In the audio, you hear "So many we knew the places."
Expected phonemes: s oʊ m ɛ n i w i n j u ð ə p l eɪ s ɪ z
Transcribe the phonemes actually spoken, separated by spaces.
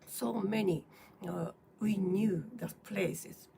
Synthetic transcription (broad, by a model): s oʊ m ɛ n i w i n j u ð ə p l eɪ s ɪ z